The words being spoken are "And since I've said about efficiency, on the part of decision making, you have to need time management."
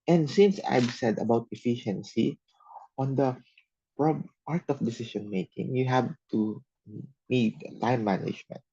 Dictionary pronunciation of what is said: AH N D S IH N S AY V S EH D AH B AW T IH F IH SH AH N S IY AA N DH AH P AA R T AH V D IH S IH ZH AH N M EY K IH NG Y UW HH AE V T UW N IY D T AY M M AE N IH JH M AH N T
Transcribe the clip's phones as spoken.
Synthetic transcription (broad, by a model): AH N D S IH N S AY B S EH D AH B AW T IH F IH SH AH N S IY AA N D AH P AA R T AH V D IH S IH SH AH N M EY K IH NG Y UW HH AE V T UW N IY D T AY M M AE N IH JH M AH N T